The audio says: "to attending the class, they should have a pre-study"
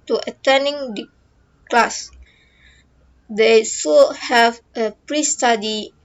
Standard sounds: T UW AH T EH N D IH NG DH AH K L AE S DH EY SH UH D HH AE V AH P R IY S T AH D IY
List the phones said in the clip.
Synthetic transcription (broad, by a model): T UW AH T EH N D IH NG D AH K L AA S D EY S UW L HH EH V AH P R IY S T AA D IY